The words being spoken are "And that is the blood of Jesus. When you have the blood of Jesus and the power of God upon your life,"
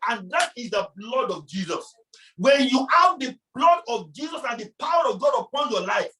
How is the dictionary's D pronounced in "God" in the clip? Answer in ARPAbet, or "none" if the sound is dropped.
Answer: D